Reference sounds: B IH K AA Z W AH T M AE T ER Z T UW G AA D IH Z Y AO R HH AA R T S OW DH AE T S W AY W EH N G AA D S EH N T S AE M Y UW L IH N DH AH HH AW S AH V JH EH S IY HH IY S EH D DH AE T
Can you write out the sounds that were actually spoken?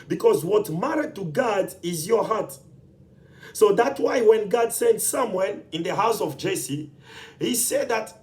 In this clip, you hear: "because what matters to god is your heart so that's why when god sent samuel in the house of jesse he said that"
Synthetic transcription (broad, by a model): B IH K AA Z W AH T M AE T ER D T UW G AA D IH Z Y AO R HH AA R T S OW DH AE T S W AY W EH N G AA D S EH N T S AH M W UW N IH N DH AH HH AW S AH V JH EH S IY HH IY S EH D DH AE T